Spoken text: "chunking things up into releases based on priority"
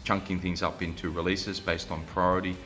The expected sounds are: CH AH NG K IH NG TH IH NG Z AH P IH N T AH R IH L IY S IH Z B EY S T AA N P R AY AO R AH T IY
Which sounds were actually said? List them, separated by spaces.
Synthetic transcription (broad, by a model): CH AH NG K IH NG TH IH NG Z AH P IH N T AH R IH L IY S IH Z B EY S T N P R AY AO R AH T IY